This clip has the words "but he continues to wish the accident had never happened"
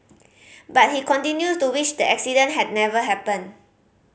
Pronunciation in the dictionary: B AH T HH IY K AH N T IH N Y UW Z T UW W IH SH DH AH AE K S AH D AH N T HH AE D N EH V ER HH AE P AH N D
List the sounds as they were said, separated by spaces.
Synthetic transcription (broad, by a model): B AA T HH IY K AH N T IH N Y UW S T UW W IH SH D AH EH K S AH D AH N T HH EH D N EH V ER HH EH P AH N